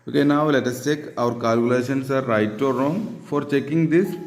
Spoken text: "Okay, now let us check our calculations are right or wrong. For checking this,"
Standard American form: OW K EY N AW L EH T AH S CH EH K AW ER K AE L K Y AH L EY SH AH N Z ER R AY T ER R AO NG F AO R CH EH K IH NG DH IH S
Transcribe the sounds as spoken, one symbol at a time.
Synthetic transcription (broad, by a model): OW K EY N AW L EH T AH S CH EH K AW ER K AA L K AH L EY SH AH N S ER R AY T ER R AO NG F AO R CH EH K IH NG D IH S